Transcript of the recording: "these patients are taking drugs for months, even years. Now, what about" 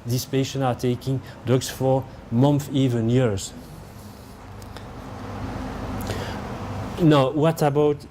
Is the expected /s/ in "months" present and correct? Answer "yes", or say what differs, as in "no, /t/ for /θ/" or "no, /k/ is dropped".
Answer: no, /s/ is dropped